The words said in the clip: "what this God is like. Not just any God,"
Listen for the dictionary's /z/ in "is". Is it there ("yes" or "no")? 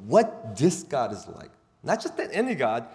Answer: yes